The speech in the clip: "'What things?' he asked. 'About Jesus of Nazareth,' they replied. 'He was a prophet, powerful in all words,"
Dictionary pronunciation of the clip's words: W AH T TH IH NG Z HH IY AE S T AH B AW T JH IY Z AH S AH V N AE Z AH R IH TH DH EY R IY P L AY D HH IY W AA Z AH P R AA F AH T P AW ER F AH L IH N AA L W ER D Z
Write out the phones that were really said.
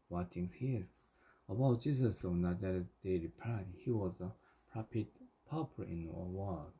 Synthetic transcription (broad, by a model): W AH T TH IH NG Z HH IY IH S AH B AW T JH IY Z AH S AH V N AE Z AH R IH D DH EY R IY P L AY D HH IY W AA Z AH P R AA P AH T P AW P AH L IH N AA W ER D